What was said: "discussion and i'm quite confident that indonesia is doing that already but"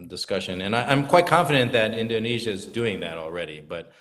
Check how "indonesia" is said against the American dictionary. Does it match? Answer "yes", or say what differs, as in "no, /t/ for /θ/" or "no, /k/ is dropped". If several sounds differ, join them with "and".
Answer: yes